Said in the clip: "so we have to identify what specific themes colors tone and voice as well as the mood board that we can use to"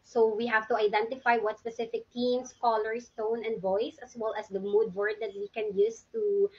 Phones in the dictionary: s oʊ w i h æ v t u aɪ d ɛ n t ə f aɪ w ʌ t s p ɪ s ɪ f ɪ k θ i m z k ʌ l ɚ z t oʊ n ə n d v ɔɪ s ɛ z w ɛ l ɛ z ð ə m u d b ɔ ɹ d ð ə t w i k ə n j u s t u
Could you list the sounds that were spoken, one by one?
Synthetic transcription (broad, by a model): s oʊ w i h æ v t u aɪ d ɛ n t ə f aɪ w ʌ t s p ɪ s ɪ f ɪ k t i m s k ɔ l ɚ s t oʊ n ə n d v ɔɪ s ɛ s w ɛ l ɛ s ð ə m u d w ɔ ɹ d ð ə t w i k ə n j u s t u